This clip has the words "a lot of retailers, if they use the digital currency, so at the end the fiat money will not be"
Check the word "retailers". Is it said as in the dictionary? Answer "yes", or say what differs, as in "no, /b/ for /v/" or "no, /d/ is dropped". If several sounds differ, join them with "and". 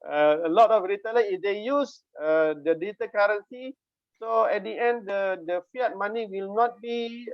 no, /z/ is dropped